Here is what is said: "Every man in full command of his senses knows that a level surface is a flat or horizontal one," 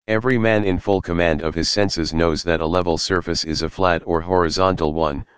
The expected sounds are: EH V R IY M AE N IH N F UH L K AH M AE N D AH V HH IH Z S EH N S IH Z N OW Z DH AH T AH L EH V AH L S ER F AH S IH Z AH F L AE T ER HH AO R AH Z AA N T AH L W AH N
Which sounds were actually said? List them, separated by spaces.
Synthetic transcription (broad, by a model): EH V R IY M AE N IH N F UH L K AH M AE N D AH V IH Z S EH N S IH Z N OW Z DH AH T AH L EH V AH L S ER F AH S IH Z AH F L AE T ER HH AO R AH Z AA N T L W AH N